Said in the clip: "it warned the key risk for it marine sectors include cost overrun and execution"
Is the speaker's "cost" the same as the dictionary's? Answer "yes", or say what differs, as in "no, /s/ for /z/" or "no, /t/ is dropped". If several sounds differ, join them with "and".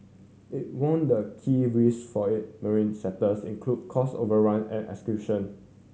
no, /t/ is dropped